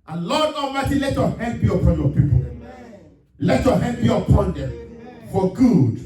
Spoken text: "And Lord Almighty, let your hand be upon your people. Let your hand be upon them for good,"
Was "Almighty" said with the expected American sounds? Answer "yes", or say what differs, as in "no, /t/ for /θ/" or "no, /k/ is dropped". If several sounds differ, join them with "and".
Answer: no, /l/ is dropped